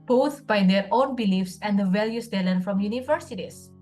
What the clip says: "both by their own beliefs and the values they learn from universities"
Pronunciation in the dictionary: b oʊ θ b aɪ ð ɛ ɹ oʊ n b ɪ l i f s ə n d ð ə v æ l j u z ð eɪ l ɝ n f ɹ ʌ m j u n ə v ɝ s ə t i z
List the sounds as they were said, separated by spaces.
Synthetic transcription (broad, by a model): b oʊ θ b aɪ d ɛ ɹ oʊ n b ɪ l i f s ə n d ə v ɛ l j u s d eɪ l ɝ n f ɹ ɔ m j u n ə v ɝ s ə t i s